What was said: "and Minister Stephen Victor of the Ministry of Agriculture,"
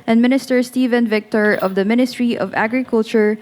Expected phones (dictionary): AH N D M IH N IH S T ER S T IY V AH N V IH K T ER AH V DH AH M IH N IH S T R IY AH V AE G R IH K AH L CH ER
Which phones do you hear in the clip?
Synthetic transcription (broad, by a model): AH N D M IH N IH S T ER S T IY V AH N V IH K T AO AH V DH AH M IH N IH S T R IY AH V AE G R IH K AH L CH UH